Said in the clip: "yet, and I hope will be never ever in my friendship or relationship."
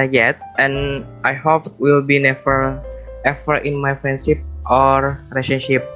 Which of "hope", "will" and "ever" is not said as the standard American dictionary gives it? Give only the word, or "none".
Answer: ever